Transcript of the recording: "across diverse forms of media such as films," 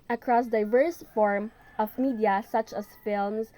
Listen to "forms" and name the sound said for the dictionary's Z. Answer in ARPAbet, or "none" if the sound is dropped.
none